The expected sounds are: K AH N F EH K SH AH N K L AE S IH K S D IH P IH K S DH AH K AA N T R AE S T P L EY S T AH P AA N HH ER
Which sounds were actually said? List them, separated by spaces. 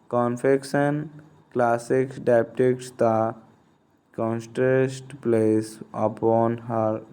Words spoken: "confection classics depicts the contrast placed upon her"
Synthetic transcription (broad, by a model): K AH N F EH K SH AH N K L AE S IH K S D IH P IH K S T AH K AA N T R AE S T P L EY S AH P AA N HH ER